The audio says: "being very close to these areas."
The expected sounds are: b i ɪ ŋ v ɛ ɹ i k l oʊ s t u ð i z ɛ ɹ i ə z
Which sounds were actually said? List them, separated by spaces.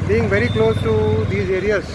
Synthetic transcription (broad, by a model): b i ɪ ŋ v ɛ ɹ i k l oʊ s t u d i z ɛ ɹ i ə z